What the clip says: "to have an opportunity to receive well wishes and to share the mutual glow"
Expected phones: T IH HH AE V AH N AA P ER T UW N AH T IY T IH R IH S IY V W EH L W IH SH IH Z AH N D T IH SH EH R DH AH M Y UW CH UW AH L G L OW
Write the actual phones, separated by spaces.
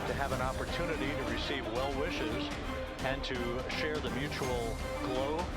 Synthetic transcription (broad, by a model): T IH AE V AH N AA P ER T UW N AH T IY T IH R IH S IY V W EH L W IH SH IH Z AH N T IH SH EH R DH AH M Y UW CH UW L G L OW